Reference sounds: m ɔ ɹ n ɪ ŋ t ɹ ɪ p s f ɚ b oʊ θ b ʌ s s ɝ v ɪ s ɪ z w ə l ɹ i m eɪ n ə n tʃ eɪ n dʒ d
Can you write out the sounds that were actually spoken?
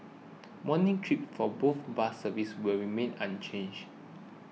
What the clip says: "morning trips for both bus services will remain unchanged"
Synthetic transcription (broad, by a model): m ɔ n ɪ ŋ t ɹ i p f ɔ b oʊ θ b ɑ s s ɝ v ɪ s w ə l ɹ i m eɪ n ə n tʃ eɪ n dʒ